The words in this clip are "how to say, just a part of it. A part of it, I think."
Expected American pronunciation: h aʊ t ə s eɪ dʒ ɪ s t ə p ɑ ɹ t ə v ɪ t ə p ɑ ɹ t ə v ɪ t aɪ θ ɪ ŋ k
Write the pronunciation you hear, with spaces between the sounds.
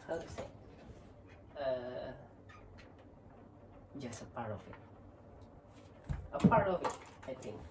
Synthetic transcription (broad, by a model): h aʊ s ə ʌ dʒ ɪ s t ə p ɑ ɹ t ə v ɪ t ə p ɑ ɹ t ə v ɪ t aɪ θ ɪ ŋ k